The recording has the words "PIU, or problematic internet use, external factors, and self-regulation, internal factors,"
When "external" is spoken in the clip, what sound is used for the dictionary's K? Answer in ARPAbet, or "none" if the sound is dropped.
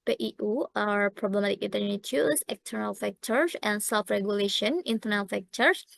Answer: K